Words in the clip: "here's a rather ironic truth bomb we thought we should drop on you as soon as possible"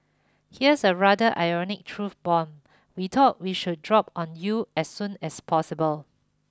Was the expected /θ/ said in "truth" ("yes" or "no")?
no